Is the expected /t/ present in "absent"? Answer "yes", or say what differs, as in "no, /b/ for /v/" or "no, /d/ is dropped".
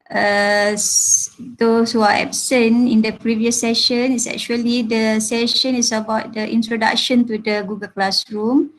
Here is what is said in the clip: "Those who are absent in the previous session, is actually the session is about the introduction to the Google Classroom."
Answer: no, /t/ is dropped